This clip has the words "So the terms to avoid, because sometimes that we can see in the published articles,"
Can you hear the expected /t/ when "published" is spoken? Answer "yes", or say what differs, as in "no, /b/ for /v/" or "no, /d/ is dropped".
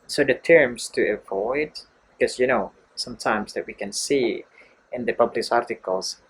no, /t/ is dropped